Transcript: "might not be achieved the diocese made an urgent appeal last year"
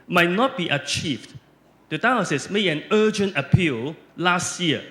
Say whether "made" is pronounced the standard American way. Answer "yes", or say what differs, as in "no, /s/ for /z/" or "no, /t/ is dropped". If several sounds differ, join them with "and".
no, /d/ is dropped